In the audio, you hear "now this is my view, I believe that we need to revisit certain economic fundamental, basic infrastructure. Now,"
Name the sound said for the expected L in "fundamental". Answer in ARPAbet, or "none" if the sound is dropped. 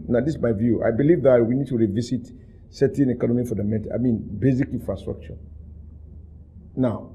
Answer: N